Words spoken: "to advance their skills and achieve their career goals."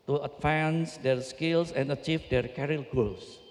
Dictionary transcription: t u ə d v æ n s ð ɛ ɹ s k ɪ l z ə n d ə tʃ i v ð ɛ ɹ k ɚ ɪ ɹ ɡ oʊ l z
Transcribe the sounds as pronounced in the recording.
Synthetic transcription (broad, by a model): t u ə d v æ n s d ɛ ɹ s k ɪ l s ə n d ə tʃ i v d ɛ ɹ k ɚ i l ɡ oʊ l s